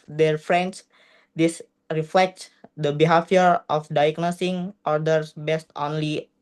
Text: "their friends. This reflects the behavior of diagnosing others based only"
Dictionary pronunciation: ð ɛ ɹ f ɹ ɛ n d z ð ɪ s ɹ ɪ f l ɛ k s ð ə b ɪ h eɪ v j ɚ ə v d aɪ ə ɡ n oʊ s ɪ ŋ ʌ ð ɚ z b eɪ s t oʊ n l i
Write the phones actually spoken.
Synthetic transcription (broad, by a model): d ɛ ɹ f ɹ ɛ n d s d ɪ s ɹ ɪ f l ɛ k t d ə b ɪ h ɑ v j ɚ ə f d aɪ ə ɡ n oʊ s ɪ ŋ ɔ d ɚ s b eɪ s t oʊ n l i